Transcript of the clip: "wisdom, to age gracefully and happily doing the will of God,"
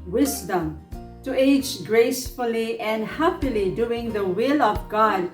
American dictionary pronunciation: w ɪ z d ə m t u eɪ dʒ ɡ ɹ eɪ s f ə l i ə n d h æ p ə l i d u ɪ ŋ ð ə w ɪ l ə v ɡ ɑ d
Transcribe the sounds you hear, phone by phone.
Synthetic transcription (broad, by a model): w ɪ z d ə m t u eɪ dʒ ɡ ɹ eɪ s f ə l i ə n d h æ p ə l i d u ɪ ŋ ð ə w ɪ l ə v ɡ ɑ d